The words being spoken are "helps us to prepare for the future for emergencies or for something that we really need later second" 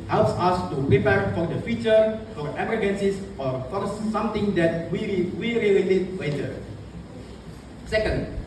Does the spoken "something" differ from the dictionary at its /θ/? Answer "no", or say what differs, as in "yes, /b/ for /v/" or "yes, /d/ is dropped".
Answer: yes, /t/ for /θ/